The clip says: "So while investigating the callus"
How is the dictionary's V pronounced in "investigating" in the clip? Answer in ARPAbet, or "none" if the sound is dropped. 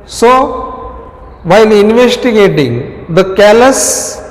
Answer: V